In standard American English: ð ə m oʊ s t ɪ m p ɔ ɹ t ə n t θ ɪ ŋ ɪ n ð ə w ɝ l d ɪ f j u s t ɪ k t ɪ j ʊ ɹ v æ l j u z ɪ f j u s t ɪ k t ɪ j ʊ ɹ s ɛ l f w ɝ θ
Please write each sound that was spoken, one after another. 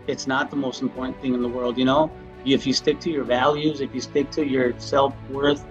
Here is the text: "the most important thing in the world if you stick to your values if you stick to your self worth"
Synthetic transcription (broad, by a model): ð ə m oʊ s t m p ɔ ɹ t n θ ɪ ŋ ɪ n ð ə w ɝ l d ɪ f j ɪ s t ɪ k t ɪ j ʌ ɹ v æ l j u z ɪ f j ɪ s t ɪ k t ɪ j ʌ ɹ s ɛ l f w ɝ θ